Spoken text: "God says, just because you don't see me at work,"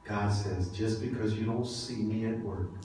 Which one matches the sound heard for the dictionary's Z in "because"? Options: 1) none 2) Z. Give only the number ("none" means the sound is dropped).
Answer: 2